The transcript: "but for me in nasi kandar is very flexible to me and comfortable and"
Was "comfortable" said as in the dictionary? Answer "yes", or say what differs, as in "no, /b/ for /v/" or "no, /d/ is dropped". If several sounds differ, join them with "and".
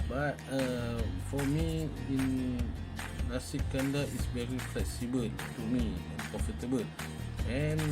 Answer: no, /m/ is dropped